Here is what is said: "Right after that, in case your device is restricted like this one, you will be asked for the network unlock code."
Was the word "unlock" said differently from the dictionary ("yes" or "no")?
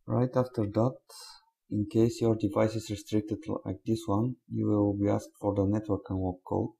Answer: yes